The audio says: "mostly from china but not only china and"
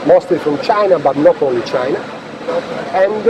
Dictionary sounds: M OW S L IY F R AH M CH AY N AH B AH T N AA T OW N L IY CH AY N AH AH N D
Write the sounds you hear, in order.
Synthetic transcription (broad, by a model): M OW S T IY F R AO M CH AY N AH B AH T N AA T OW L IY CH AY N AH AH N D